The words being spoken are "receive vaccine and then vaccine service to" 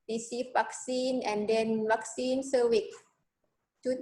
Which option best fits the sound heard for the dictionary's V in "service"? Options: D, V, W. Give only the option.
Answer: W